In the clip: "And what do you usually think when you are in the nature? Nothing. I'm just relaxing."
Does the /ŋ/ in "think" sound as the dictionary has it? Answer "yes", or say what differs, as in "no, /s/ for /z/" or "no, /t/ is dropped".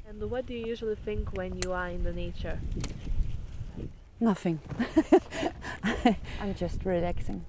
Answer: yes